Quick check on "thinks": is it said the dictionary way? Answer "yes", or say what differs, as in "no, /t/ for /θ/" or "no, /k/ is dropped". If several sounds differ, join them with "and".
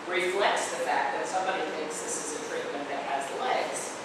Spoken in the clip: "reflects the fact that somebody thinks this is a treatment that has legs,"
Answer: yes